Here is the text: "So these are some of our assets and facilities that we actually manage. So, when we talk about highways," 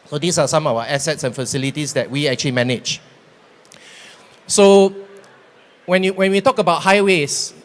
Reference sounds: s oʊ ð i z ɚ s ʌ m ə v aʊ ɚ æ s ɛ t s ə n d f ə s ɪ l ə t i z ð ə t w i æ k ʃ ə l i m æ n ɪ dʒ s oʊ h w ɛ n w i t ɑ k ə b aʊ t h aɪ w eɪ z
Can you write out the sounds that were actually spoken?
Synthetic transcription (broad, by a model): s oʊ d i s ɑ s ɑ m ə w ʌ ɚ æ s ɛ t s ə n f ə s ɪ l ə t i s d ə t w i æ k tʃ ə l i m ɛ n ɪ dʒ s oʊ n w ɛ n w i t ɑ k ə b aʊ t h aɪ w eɪ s